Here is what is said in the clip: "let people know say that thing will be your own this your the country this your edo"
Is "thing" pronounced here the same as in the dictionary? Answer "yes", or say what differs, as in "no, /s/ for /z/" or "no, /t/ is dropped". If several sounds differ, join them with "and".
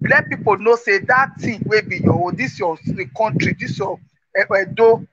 no, /t/ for /θ/